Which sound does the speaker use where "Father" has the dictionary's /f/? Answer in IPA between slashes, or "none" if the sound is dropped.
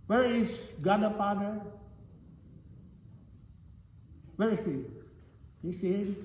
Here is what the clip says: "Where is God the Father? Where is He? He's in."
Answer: /p/